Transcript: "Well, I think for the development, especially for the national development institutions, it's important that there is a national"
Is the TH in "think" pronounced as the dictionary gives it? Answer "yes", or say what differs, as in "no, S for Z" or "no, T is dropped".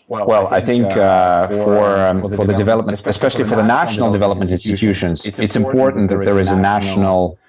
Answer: yes